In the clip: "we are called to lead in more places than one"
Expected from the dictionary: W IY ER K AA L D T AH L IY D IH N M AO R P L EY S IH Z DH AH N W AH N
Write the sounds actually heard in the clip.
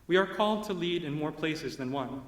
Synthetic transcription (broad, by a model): W IY ER K AA L D T AH L IY D IH N M AO R P L EY S IH Z DH AH N W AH N